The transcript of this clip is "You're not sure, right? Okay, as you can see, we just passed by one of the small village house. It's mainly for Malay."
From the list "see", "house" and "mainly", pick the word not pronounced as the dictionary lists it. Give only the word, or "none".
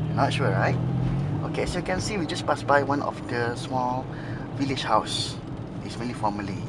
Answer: mainly